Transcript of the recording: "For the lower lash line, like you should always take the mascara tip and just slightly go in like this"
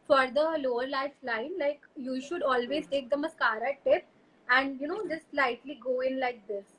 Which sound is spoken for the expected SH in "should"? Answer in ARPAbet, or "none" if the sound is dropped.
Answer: SH